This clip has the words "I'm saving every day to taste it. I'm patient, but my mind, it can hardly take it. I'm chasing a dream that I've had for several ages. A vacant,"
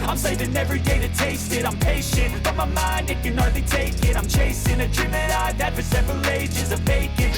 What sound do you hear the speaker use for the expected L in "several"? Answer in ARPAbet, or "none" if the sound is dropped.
L